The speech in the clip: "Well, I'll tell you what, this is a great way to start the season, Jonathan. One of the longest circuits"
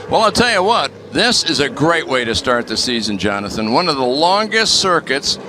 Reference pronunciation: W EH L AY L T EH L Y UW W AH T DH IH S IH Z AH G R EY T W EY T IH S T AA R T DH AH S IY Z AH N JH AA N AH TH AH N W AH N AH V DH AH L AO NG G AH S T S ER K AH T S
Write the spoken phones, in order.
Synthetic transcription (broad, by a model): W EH L AY L T EH L Y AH W AH T DH IH S IH Z AH G R EY T W EY T IH S T AA R T DH AH S IY Z AH N JH AA N AH TH AH N W AH N AH V DH AH L AO NG G AH S T S ER K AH T S